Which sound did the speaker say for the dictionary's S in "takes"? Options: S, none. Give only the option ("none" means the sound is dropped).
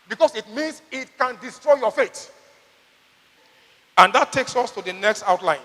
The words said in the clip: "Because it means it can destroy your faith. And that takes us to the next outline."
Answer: S